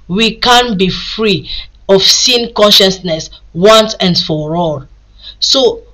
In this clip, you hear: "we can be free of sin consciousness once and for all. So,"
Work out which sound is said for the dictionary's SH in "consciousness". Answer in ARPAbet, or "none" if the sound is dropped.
SH